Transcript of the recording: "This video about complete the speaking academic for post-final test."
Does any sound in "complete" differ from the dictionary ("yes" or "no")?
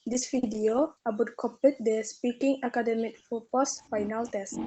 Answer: yes